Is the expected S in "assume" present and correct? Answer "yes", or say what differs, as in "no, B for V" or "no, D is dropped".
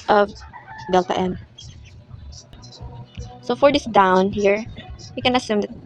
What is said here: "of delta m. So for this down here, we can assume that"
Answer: yes